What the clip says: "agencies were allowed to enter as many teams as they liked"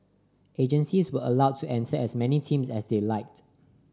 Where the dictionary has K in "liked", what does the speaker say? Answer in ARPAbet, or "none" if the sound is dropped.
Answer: K